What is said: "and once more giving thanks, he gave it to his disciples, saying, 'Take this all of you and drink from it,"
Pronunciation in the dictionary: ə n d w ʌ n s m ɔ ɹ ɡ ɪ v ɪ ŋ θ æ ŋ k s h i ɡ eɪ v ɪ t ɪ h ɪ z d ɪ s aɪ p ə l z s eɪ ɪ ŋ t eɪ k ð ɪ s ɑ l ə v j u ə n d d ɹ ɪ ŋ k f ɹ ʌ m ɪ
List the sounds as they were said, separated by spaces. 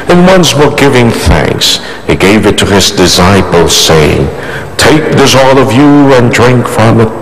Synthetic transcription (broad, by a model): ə n w ʌ n s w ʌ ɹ ɡ ɪ v ɪ ŋ θ æ ŋ k s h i ɡ eɪ v ɪ t ɪ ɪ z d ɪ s aɪ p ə l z s eɪ ɪ ŋ t eɪ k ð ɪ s ɑ l ə v j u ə n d d ɹ ɪ ŋ k f ɹ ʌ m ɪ